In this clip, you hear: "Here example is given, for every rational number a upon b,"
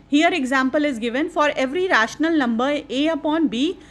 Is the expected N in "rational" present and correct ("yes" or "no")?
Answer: yes